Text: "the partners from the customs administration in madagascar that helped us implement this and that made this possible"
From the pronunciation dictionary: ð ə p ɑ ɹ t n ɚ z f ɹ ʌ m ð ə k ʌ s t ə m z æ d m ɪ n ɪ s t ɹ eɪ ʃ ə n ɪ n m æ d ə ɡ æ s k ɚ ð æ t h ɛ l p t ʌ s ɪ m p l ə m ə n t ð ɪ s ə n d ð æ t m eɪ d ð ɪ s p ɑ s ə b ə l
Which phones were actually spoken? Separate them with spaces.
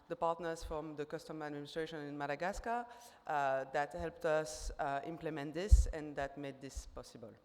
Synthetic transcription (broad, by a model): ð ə p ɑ ɹ t n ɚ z f ɹ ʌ m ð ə k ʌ s t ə m æ d m ɪ n ɪ s t ɹ eɪ ʃ ə n ɪ n m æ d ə ɡ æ s k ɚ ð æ t h ɛ l p t ʌ s ɪ m p l ə m ə n t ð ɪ s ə n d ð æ t m eɪ d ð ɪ s p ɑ s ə b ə l